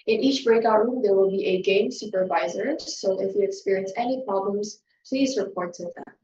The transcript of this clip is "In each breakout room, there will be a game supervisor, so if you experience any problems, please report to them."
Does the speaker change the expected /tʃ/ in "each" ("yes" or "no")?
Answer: no